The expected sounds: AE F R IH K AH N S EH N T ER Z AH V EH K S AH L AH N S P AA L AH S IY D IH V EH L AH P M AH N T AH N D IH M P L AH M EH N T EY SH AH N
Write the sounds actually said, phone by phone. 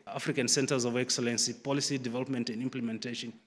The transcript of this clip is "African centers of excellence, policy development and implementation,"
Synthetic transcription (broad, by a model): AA F R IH K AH N S EH N T ER Z AH V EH K S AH L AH N S P AA L AH S IY D IH V EH L AH P M AH N T AH N D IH M P L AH M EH N T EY SH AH N